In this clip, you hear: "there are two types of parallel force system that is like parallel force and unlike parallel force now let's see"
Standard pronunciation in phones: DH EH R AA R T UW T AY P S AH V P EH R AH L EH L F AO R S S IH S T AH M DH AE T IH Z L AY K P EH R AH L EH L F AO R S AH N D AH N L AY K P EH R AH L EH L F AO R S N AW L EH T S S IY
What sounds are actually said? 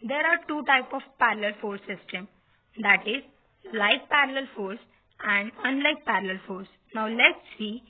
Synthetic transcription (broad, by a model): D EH R AA R T UW T AY P AH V P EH R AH L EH L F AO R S S IH S T AH M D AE T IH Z L AY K P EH R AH L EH L F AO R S AH N D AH N L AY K P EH R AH L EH L F AO R S N AW L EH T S S IY